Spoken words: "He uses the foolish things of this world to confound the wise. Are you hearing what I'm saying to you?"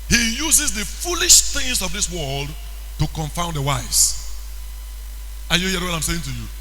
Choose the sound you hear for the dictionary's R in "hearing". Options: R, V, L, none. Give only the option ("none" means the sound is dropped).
none